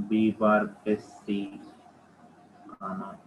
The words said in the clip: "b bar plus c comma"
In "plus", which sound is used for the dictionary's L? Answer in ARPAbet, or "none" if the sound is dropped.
none